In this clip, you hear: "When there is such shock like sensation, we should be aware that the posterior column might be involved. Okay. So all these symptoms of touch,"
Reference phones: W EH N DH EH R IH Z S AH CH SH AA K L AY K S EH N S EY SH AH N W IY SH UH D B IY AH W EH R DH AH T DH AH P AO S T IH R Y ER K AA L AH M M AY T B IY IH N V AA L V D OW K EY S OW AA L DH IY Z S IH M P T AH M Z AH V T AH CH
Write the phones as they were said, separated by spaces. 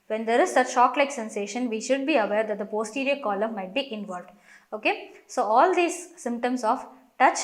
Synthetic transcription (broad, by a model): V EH N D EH R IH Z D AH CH SH AA K L AY K S EH N S EY SH AH N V IY SH UH D B IY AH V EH R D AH T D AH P AO S T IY R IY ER K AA L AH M M AY T B IY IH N V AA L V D OW K EY S OW AA L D IY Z S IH M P T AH M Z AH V T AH CH